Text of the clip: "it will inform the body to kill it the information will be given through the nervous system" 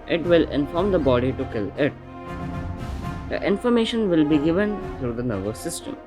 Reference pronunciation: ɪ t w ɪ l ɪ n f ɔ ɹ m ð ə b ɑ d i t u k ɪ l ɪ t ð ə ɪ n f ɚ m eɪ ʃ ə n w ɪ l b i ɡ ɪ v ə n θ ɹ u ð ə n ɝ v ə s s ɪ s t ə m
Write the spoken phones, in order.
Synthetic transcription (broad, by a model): ɪ t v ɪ l ɪ n f ɔ ɹ m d ə b ɑ d i t u k ɪ l ɪ t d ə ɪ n f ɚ m eɪ ʃ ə n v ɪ l b i ɡ ɪ v ə n t ɹ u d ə n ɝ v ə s s ɪ s t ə m